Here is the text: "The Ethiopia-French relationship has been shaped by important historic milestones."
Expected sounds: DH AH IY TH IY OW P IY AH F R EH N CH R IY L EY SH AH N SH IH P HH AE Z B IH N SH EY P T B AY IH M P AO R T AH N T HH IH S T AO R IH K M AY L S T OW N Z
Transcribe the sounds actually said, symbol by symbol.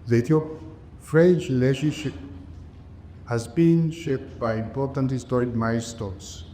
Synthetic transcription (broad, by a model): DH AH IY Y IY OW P F R EH N CH L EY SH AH SH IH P HH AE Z B IH N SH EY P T B AY IH M P AO R T AH N T HH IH S T AO R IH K M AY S T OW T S